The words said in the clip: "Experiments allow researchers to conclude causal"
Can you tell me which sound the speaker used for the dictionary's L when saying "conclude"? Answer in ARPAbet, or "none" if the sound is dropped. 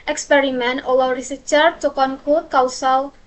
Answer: none